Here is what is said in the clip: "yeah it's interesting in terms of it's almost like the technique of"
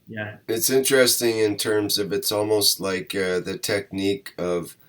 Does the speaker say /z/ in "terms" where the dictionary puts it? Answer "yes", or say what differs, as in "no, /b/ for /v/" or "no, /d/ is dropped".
yes